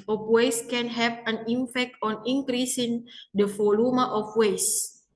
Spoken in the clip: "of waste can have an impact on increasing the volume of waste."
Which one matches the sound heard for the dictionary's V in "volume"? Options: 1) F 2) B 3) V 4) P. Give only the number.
1